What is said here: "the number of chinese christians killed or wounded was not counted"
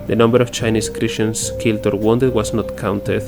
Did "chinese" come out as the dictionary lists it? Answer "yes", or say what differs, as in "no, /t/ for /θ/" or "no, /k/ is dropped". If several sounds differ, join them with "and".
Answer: no, /s/ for /z/